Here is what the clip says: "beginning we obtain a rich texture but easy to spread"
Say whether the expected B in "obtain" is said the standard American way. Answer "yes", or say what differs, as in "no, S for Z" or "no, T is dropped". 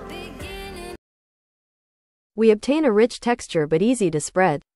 yes